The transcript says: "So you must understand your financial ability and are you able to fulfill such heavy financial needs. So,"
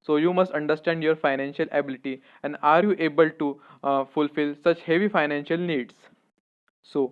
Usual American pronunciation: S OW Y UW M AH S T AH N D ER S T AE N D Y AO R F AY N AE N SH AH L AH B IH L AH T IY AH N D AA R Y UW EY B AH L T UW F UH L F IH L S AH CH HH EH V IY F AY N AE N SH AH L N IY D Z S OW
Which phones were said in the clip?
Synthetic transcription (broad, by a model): S OW Y UW M AH S T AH N D ER S T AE N D Y AO R F AY N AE N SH AH L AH B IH L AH T IY AH N D AA R Y UW EY B AH L T UW F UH L F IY L S AH CH HH EH V IY F AY N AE N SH AH L N IY D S S OW